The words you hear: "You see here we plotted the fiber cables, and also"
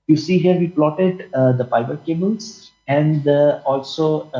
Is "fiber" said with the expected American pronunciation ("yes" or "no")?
no